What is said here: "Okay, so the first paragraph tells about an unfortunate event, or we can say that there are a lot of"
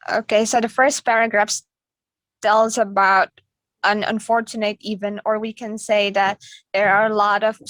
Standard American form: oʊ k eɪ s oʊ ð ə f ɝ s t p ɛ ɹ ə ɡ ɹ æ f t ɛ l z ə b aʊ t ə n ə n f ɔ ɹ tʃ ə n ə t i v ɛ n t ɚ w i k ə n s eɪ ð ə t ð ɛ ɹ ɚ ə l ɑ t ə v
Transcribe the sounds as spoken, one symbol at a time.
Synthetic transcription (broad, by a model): oʊ k eɪ s oʊ ð ə f ɝ s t p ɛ ɹ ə ɡ ɹ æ f t ɛ l z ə b aʊ t ə n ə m f ɔ ɹ tʃ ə n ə t i v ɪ n ɚ w i k ə n s eɪ ð ə t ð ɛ ɹ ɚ ə l ɑ t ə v